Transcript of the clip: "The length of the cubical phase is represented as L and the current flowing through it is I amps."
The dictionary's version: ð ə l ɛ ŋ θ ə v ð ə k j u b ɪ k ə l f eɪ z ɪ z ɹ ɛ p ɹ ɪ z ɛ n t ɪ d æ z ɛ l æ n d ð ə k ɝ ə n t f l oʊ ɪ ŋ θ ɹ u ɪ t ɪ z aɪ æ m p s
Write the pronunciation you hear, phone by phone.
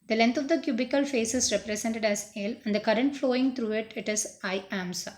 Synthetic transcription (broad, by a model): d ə l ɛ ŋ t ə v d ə k j u b ɪ k ə l f eɪ s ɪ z ɹ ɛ p ɹ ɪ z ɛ n t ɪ d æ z ɛ l æ n d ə k ɝ ə n t f l oʊ ɪ ŋ t ɹ u ɪ t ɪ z aɪ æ m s